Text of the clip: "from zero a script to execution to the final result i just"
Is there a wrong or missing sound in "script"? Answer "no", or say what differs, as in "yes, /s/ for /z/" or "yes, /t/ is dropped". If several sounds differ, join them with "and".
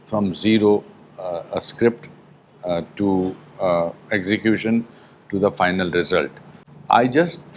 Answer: no